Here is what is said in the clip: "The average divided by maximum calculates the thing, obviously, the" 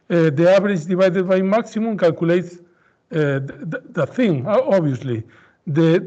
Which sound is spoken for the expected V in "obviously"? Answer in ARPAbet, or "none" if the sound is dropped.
none